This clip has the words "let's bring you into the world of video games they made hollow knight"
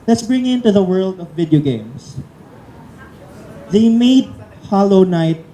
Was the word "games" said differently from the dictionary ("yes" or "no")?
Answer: yes